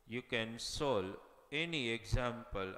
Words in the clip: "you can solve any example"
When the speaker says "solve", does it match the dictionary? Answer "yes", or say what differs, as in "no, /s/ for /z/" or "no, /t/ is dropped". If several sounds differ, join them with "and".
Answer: no, /v/ is dropped